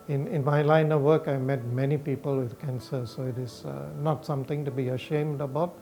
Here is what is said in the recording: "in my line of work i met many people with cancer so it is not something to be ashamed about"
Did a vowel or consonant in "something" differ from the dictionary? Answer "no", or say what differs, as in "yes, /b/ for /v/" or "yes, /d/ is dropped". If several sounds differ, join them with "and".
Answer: yes, /t/ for /θ/